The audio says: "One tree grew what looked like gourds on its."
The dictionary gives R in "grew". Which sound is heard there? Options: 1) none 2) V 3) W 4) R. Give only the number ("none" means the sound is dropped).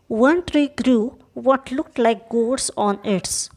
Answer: 4